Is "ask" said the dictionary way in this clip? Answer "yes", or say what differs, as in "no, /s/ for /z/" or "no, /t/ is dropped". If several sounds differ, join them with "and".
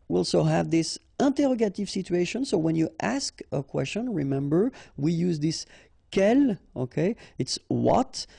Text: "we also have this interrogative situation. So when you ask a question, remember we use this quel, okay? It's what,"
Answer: yes